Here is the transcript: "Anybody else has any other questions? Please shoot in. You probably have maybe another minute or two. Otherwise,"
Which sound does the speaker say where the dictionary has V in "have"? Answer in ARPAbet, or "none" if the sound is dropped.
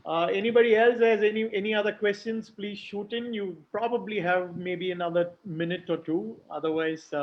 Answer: V